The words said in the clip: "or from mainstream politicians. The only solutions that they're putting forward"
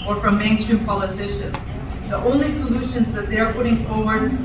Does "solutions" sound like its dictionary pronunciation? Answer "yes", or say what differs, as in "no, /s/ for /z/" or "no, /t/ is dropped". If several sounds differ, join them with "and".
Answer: yes